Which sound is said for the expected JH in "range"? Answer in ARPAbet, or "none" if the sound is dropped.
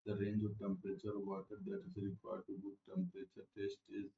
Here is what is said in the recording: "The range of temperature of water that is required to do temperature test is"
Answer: JH